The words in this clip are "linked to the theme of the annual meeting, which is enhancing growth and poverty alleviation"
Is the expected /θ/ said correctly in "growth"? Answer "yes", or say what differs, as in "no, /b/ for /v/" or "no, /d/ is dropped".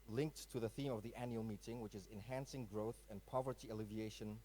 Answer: yes